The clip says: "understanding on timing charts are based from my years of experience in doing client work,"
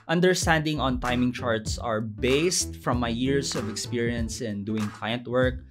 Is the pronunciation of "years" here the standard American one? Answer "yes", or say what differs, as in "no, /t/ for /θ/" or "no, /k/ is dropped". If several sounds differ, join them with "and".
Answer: no, /s/ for /z/